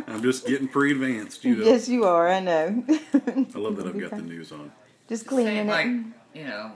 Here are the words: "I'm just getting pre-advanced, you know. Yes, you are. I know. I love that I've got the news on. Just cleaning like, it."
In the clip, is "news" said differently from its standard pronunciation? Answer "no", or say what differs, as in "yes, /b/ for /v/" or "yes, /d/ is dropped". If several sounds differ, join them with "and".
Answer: no